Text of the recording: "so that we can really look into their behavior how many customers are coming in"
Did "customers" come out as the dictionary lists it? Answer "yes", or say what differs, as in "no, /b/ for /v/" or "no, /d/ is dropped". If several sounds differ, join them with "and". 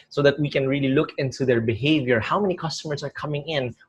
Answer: no, /s/ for /z/